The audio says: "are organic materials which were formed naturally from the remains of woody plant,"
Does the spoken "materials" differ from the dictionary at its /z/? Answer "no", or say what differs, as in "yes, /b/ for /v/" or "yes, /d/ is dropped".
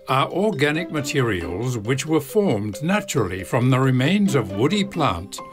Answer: no